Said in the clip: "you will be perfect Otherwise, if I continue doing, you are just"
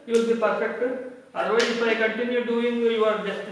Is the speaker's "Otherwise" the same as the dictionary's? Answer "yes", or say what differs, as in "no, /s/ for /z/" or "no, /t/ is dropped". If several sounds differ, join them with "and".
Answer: no, /ð/ is dropped